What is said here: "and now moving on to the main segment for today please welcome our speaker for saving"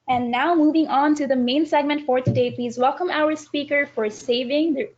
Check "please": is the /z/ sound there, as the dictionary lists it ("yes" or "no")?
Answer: yes